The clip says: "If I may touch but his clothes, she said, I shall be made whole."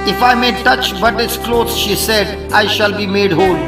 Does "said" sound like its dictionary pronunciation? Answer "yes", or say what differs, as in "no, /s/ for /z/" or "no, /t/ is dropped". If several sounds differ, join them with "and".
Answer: yes